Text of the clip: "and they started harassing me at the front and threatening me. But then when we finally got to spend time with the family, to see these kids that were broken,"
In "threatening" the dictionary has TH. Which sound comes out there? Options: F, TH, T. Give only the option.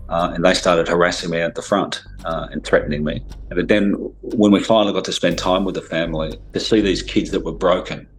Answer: TH